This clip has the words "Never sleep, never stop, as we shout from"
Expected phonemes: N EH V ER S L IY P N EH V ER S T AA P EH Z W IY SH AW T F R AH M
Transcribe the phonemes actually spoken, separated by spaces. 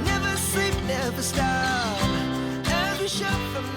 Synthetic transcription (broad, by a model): N EH V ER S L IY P N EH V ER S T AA EH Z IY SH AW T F R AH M